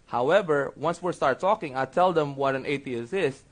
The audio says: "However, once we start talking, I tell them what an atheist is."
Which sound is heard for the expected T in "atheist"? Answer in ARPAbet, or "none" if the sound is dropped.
none